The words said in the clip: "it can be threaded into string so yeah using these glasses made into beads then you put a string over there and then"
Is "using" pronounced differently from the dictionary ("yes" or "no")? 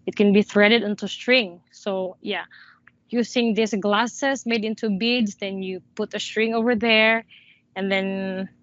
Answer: yes